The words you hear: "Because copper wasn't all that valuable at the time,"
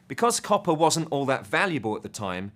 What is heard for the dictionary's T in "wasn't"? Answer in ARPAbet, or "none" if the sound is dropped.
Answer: T